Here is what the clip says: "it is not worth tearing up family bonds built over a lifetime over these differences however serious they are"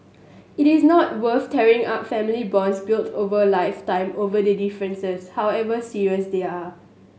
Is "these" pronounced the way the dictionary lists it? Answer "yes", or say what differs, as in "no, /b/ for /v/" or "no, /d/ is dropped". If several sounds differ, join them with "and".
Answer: no, /z/ is dropped